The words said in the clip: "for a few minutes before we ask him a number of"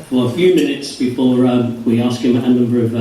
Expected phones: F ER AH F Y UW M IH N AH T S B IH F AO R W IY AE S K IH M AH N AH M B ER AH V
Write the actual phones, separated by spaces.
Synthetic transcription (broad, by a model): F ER AH F Y UW M IH N AH T S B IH F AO R W IY AE S K IH M AH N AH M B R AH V